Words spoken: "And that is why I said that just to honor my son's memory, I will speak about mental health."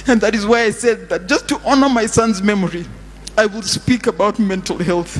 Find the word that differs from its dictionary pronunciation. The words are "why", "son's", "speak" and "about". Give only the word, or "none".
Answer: none